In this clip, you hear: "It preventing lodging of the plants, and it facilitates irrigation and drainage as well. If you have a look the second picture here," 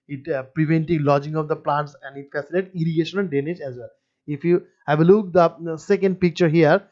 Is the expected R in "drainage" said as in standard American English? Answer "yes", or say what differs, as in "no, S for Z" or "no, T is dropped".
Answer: no, R is dropped